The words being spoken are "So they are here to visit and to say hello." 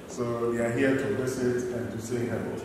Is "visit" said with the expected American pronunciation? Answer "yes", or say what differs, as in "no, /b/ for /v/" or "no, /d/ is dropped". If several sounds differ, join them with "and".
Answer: no, /s/ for /z/